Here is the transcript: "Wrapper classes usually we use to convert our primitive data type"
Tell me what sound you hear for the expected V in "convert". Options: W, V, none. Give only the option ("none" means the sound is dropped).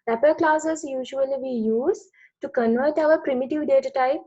V